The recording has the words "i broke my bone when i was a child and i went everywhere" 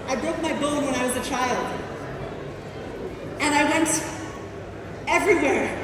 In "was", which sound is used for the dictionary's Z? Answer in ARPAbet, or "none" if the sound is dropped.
Z